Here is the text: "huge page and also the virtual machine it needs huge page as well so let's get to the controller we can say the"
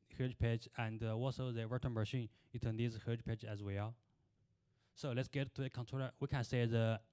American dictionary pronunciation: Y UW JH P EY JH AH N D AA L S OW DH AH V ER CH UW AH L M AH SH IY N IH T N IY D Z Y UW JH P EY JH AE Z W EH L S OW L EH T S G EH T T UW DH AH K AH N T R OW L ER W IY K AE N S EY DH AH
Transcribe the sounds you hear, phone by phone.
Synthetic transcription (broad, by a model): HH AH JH P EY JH AH N D AA L S OW DH AH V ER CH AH N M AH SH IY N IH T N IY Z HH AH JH P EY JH AE Z W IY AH S OW L EH T S G EH T T UW DH AH K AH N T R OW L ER W IY K AE N S EY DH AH